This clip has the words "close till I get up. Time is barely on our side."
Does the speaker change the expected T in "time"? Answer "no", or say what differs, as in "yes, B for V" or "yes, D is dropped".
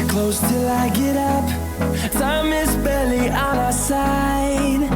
yes, S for T